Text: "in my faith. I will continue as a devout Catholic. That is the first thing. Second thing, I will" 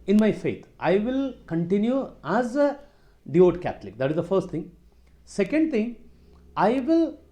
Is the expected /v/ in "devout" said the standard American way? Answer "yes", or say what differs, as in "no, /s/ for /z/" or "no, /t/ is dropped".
no, /v/ is dropped